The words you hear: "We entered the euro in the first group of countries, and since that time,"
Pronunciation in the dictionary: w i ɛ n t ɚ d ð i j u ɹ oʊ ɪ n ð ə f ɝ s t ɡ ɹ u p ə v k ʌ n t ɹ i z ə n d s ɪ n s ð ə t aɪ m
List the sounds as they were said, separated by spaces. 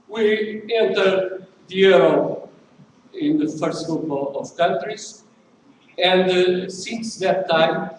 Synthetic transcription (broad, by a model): w i ɛ n t ɚ d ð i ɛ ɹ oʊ ɪ n ð ə f ɝ s t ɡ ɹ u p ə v k ʌ n t ɹ i z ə n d s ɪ n s ð ə t aɪ m